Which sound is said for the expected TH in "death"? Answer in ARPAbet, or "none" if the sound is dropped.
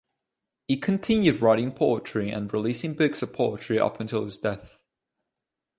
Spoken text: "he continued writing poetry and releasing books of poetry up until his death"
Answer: TH